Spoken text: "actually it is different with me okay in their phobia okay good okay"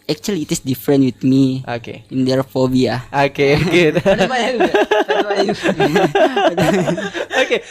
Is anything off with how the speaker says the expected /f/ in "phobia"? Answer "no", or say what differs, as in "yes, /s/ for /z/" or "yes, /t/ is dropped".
no